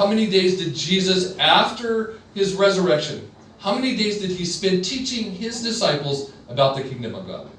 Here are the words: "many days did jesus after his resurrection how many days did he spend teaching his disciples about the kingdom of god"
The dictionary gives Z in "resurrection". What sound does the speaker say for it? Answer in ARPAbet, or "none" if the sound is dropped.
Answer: Z